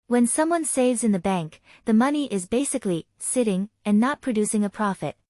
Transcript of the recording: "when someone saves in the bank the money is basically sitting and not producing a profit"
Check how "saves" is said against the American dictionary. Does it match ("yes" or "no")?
yes